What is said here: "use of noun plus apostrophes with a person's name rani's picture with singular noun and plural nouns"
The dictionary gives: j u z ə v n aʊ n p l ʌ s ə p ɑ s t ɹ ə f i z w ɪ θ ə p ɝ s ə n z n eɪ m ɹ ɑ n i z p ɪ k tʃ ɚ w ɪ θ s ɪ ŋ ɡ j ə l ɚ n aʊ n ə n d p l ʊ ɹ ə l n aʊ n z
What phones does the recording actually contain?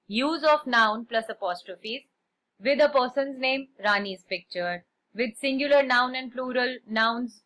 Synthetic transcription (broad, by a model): j u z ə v n aʊ n p l ʌ s ə p ɑ s t ɹ ə f i z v ɪ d ə p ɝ s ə n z n eɪ m ɹ ɑ n i z p ɪ k tʃ ɚ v ɪ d s ɪ ŋ ɡ j ə l ɚ n aʊ n ə n d p l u ɹ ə l n aʊ n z